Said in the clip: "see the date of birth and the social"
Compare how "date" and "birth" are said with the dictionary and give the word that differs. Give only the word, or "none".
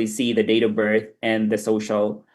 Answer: none